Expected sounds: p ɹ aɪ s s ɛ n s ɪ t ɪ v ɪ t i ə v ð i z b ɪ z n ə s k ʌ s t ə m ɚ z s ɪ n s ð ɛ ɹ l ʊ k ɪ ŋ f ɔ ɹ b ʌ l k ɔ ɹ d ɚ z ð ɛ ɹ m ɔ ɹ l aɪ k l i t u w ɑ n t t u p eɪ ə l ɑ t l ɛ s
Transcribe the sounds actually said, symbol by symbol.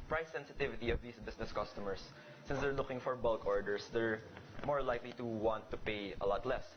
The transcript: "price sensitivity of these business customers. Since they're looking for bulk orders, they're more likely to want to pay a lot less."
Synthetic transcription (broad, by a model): p ɹ aɪ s s ɛ n s ɪ t ɪ v ɪ t i ə v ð i s b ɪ s n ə s k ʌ s t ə m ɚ s ɪ n s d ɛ ɹ l ʊ k ɪ ŋ f ɔ ɹ b ʌ l k ɔ ɹ d ɚ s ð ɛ ɹ m ɔ ɹ l aɪ k l i t u w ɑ n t t u p eɪ ə l ɑ t l ɛ s